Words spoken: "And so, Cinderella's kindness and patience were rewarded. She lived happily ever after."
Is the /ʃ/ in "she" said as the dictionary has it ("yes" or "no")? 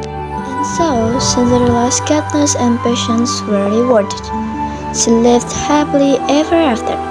no